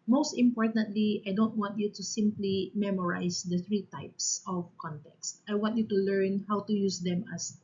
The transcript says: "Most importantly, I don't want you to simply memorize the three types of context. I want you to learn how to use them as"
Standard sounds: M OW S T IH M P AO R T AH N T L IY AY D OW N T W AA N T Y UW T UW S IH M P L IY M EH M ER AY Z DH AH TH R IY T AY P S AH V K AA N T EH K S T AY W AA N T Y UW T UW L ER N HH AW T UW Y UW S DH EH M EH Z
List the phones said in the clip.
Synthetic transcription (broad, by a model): M OW S T IH M P AO R T AH N T L IY AY D OW N T W AA N T Y UW T UW S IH M P L IY M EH M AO AY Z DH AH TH R IY T AY P S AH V K AA N T EH K S T AY W AA N T Y UW T UW L ER N HH AW T UW Y UW S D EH M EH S